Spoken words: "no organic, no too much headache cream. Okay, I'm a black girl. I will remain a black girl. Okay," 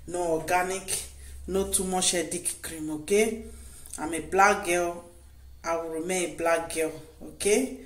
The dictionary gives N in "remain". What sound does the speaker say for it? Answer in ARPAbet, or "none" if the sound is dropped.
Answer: none